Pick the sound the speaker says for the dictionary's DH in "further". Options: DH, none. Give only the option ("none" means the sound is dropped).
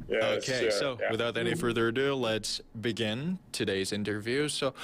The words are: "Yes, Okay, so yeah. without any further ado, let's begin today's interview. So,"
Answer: DH